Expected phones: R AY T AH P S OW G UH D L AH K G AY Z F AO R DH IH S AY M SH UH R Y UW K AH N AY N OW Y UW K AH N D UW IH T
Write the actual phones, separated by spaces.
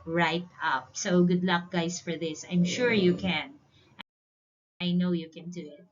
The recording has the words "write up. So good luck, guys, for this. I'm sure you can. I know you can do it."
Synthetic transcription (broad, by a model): R AY T AH P S OW G UH D L AH K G AY S F AO R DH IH S AY M SH UH R Y UW K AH N AY N OW Y UW K AH N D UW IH T